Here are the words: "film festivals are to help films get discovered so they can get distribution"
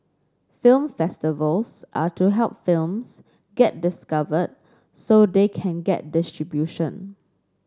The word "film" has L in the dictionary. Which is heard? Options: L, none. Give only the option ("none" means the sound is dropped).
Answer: L